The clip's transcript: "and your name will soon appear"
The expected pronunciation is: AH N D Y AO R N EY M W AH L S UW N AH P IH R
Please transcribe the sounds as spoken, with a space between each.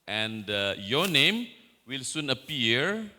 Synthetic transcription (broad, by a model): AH N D Y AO N EY M W AH L S UW N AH P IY R